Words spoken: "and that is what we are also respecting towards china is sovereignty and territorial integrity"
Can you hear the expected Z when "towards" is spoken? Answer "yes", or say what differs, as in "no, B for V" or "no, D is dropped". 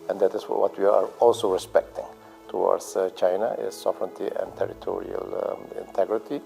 no, S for Z